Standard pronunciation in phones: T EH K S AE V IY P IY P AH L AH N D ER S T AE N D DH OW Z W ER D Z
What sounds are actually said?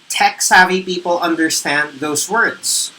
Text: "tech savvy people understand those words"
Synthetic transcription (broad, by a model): T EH K S AE V IY P IY P L AH N D ER S T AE N DH OW Z W ER D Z